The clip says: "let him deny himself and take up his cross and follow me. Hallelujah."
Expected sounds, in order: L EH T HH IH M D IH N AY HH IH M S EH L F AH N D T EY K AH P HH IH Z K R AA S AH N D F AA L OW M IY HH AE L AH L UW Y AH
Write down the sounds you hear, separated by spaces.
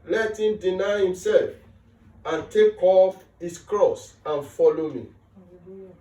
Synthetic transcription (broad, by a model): L EH T HH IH M D IH N AY HH IH M S EH L F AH N T EY K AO F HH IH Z K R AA S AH N F AA L OW M IY